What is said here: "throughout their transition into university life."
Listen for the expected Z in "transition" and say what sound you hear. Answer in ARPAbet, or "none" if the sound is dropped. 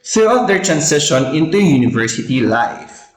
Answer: S